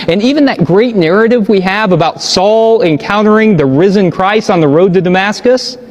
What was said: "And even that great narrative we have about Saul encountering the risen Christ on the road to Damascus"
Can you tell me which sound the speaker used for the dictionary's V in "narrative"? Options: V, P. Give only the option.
V